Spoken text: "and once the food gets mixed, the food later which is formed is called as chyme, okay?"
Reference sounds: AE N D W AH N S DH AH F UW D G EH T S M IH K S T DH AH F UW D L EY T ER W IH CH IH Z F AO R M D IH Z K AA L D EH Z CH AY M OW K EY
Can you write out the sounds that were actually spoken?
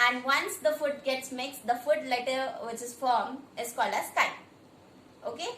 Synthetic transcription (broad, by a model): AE N D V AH N S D AH F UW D G EH T S M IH K S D AH F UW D L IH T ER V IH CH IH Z F AO R M IH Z K AA L D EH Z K AY OW K EY